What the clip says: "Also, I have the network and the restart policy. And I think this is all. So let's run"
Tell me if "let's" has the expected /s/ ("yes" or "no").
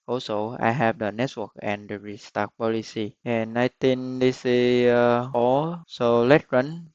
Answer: no